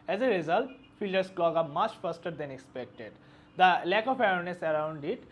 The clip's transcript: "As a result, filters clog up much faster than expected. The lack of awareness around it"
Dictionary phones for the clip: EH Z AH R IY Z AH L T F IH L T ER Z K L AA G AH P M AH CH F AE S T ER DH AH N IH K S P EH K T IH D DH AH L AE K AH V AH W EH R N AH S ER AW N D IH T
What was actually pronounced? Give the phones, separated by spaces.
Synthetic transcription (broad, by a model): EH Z AH R IY Z AH L T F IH L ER S K L AA G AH M AH CH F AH S T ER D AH N IH K S P EH K T IH D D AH L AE K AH F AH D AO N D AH S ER AW N D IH T